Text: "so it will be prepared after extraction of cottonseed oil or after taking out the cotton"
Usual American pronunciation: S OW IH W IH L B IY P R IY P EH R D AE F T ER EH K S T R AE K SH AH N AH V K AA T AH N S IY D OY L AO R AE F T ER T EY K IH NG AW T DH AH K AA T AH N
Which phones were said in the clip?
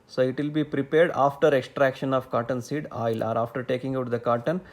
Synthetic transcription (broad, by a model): S OW IH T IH L B IY P R IY P EH R D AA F T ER EH K S T R AE K SH AH N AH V K AA T AH N S IY D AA L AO R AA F T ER T EY K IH NG AW T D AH K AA T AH N